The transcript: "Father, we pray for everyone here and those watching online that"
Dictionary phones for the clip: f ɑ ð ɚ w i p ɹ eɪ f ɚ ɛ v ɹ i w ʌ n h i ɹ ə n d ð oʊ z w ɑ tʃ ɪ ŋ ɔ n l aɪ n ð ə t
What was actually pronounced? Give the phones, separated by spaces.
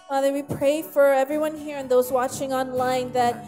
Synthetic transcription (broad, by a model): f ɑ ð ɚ w i p ɹ eɪ f ɚ ɛ v ɹ i w ʌ n h i ɹ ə n ð oʊ z w ɑ tʃ ɪ ŋ ɔ n l aɪ n ð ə t